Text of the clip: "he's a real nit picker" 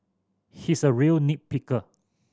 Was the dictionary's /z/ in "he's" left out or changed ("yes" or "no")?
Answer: yes